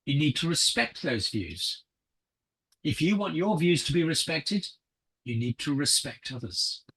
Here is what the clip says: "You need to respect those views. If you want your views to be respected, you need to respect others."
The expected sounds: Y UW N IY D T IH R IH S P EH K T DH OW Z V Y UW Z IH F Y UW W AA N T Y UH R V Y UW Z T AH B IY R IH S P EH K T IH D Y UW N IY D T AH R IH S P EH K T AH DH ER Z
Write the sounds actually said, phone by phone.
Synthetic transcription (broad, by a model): Y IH N IY D T IH R IH S P EH K T DH OW Z V Y UW Z IH F Y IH W AA N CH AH R V Y UW Z T AH B IY R IH S P EH K T IH D Y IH N IY D T AH R IH S P EH K T AH DH ER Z